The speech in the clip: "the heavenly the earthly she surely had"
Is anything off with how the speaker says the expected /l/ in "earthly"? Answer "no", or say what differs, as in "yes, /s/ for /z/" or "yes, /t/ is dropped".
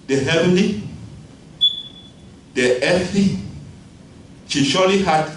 yes, /l/ is dropped